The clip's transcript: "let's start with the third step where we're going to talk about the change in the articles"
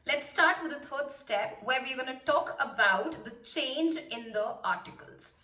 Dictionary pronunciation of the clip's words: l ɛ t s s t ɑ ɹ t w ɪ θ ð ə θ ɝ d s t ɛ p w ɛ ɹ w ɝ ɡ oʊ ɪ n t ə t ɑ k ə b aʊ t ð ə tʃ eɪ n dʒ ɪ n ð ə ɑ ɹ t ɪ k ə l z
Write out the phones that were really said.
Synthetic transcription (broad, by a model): l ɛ t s s t ɑ ɹ t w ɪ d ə t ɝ d s t ɛ p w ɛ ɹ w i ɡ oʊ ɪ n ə t ɑ k ə b aʊ t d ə tʃ eɪ n dʒ ɪ n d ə ɑ ɹ t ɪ k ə l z